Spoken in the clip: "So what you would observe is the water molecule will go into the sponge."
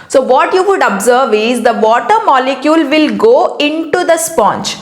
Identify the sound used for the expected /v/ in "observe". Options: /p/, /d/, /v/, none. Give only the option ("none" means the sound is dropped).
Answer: /v/